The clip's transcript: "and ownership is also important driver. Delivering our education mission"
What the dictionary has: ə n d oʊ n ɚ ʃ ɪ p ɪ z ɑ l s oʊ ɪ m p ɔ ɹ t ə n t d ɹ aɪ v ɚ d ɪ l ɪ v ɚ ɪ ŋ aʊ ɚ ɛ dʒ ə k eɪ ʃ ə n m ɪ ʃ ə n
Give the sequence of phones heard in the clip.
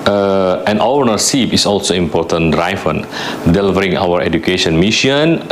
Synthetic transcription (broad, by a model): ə n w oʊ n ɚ s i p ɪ s ɑ l s oʊ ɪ m p ɔ t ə n d ɹ aɪ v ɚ d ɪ l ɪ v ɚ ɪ ŋ aʊ ɚ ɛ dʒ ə k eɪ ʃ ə n m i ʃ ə n